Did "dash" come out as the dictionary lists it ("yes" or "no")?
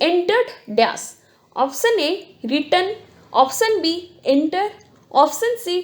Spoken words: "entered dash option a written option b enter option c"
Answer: no